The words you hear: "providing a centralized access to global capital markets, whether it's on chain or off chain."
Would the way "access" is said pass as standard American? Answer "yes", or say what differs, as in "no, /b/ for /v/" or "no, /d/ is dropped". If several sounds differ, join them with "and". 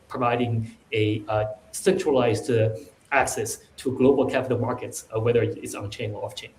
yes